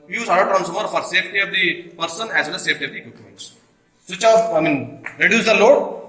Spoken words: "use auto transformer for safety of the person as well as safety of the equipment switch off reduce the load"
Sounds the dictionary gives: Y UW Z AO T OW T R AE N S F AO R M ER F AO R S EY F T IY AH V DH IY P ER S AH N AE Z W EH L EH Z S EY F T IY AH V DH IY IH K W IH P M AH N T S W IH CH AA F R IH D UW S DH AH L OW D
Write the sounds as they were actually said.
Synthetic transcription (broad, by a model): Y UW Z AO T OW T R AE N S AO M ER F AO R S EY F T IY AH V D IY P ER S AH N AE Z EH N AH S EY F T IY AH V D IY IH K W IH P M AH N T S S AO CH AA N R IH D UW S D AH L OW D